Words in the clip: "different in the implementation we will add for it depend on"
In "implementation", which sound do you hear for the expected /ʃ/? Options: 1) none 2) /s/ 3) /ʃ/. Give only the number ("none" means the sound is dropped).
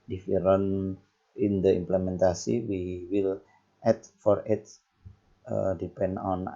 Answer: 2